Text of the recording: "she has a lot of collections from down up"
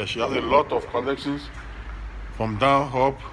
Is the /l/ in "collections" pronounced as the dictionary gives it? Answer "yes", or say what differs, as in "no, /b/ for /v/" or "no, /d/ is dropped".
no, /n/ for /l/